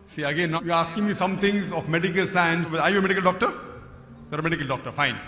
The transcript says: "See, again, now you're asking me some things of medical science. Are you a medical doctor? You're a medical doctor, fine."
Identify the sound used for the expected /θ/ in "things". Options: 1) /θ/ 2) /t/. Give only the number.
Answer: 2